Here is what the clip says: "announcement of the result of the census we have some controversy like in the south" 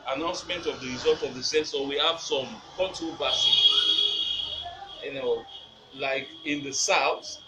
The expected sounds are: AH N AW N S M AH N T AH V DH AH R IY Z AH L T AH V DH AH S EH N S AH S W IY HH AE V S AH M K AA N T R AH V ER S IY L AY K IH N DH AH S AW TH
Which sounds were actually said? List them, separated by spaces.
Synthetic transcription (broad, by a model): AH N AW N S M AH N T AH V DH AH R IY Z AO L T AH V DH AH S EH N S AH W IY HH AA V S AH M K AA T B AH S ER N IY L AY K IH N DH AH S AW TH